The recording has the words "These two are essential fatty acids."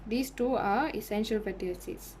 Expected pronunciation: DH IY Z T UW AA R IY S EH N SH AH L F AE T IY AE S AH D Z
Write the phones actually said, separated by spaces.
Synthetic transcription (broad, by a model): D IY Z T UW AA R IY S EH N SH AH L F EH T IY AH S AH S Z